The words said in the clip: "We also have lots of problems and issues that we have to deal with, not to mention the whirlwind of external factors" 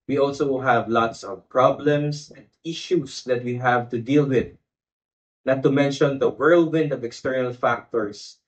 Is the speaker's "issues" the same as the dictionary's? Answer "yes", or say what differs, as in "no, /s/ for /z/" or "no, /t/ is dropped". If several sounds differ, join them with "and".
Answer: no, /s/ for /z/